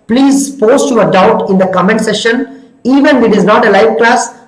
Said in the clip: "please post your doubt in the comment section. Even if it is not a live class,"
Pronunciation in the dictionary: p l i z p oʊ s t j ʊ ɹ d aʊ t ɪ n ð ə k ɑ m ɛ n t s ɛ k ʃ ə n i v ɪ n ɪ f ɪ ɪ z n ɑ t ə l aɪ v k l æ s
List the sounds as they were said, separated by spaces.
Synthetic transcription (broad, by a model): p l i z p oʊ s t j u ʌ d aʊ t ɪ n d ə k ɑ m ɛ n t s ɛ ʃ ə n i v ɪ n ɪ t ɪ ɪ z n ɑ t ə l aɪ v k l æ s